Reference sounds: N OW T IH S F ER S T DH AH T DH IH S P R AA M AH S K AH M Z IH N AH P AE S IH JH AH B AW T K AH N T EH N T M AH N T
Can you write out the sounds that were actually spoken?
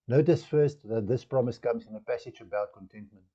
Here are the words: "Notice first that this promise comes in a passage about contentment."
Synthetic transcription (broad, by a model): N OW T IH S F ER S T DH AH T DH IH S P R AA M AH S K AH M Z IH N AH P AE S IH JH AH B AW T K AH N T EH N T M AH N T